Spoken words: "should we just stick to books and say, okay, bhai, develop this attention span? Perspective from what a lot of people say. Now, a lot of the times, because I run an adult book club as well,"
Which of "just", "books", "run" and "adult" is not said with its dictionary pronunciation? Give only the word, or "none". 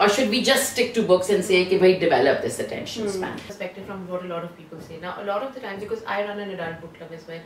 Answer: adult